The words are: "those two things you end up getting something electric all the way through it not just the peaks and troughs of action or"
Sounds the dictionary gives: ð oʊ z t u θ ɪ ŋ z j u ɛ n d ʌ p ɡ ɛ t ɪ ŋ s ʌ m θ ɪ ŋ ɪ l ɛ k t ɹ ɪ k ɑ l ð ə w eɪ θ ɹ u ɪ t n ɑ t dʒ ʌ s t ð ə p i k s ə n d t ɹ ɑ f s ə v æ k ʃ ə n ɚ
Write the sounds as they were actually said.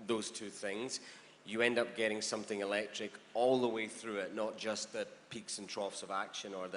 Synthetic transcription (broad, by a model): ð oʊ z t u θ ɪ ŋ z j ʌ ɛ n d ʌ p ɡ ɛ t ɪ ŋ s ʌ m θ ɪ ŋ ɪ l ɛ k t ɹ ɪ k ɑ l ð ə w eɪ θ ɹ u ɪ t n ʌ t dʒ ʌ s ð ə p i k s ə n t ɹ ɑ f s ə v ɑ k ʃ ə n ɚ